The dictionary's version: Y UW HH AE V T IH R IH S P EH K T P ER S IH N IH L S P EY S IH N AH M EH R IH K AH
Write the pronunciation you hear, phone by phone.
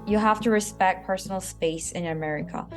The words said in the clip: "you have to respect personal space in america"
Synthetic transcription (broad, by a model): Y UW HH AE F T IH R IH S P EH K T P ER S N L S P EY S IH N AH M EH R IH K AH